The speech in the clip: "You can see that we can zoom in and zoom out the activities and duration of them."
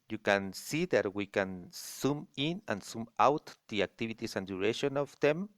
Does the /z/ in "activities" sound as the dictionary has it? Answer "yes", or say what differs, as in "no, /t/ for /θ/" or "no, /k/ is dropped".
no, /s/ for /z/